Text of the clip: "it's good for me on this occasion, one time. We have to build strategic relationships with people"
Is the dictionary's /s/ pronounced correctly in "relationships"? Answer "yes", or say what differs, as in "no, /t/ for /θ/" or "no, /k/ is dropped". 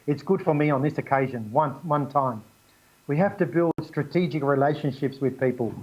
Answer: yes